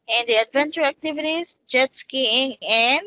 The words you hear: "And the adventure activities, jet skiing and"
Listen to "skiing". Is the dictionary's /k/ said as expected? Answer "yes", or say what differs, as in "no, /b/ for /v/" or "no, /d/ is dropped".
yes